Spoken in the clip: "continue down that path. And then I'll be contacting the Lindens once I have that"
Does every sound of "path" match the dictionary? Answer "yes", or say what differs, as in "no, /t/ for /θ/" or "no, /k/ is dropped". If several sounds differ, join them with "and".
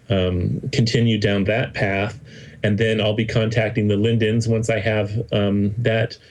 yes